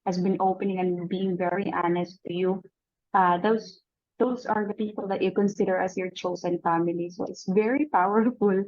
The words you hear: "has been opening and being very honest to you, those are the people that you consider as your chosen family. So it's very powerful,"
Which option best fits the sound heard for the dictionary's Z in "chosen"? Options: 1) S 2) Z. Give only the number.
1